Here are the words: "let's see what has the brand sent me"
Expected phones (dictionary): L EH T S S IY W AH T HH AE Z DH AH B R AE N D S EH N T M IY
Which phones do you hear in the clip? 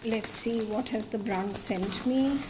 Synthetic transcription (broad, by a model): L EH T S S IY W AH T HH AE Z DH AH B R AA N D S EH N T M IY